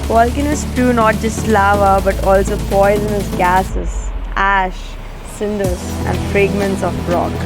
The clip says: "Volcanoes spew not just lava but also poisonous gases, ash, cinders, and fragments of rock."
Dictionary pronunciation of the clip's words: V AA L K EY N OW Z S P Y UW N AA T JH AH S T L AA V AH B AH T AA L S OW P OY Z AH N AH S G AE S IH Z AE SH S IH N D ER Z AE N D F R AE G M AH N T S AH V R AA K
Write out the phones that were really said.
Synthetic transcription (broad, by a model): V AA L K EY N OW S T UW N AA T JH AH S T L AA V AH B AH T AA L S OW P OY Z AH N AH S G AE S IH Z AE SH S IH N D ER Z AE N D F R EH G M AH N T S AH B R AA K